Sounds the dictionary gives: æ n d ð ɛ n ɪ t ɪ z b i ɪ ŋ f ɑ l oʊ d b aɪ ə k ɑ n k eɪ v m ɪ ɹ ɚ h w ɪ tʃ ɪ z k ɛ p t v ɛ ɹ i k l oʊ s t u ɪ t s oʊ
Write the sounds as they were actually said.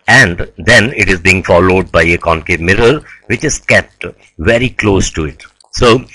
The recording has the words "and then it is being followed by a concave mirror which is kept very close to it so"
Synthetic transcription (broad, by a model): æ n d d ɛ n ɪ t ɪ z b i ɪ ŋ f ɑ l oʊ d b aɪ ə k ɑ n k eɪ m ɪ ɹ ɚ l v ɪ tʃ ɪ z k ɛ p t v ɛ ɹ i k l oʊ s t u ɪ t s oʊ